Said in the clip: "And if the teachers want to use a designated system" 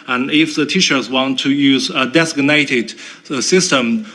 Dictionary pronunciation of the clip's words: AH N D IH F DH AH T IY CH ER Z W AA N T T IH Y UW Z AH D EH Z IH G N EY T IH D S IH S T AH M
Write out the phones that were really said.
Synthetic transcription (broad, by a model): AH N IH F DH AH T IY SH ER S W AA N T T IH Y UW Z AH D EH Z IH G N EY T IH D S IH S T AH M